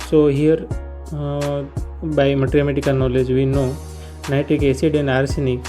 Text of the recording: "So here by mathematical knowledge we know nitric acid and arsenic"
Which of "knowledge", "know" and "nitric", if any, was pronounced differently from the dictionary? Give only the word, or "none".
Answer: nitric